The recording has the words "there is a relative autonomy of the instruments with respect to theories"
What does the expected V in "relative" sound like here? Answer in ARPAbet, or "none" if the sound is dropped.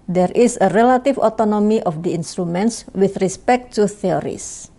F